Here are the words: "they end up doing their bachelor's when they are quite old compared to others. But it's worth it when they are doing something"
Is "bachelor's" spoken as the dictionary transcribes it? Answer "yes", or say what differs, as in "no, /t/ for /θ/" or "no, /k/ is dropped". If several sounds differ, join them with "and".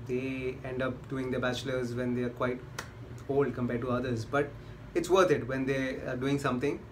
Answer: yes